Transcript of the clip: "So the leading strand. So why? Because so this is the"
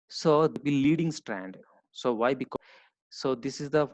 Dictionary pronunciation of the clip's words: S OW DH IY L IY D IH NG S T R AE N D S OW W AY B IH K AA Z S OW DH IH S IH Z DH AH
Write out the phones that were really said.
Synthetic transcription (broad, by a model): S OW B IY L IY D IH NG S T R AE N D S OW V AY B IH K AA S OW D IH S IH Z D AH